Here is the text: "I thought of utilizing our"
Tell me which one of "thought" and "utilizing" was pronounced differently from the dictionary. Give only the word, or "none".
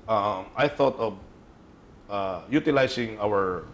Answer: utilizing